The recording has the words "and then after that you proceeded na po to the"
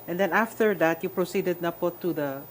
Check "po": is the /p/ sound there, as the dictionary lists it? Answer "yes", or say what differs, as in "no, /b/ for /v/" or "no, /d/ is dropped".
yes